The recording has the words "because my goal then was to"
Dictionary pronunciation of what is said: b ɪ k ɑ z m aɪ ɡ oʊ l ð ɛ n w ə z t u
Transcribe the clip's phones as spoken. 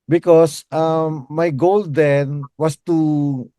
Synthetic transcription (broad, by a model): b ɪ k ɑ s m aɪ ɡ oʊ l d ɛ n w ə s t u